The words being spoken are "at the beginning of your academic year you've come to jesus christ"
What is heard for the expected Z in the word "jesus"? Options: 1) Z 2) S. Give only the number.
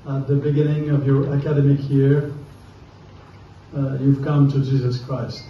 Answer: 1